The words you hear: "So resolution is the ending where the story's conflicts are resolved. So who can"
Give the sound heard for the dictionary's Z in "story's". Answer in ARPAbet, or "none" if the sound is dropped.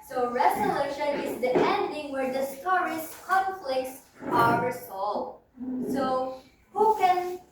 S